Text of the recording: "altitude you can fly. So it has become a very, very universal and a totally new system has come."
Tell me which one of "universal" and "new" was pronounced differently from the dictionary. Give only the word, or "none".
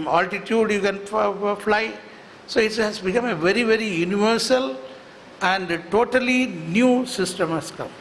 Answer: none